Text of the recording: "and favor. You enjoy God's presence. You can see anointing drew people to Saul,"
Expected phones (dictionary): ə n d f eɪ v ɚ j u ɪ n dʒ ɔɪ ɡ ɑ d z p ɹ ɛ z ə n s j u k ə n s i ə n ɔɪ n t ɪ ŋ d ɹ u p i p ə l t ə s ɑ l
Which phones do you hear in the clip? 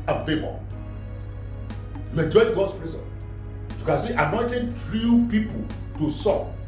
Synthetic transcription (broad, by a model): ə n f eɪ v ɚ j u ɪ n dʒ ɔɪ ɡ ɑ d s p ɹ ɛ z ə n j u k ə n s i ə n ɔɪ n t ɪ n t ɹ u p i p ə l t ə s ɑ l